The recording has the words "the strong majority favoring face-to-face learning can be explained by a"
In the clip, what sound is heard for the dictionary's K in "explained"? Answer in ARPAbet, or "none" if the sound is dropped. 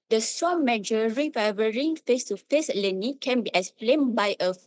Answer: none